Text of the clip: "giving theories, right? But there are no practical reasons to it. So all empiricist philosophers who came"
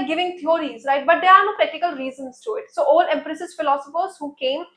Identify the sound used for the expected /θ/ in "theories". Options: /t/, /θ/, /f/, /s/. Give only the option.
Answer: /t/